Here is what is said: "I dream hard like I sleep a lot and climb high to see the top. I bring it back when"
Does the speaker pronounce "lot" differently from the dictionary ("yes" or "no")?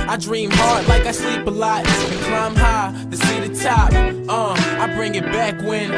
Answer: yes